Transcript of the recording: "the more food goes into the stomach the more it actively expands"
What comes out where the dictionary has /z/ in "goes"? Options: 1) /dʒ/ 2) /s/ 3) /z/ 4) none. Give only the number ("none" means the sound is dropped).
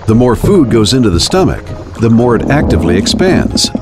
3